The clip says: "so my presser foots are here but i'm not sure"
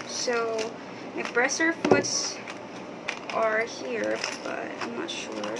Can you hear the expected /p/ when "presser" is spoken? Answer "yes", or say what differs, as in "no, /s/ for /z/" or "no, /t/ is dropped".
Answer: no, /b/ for /p/